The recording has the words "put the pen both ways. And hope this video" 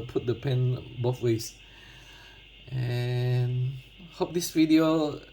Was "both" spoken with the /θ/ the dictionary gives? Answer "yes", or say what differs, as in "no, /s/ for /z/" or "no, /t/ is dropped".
no, /f/ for /θ/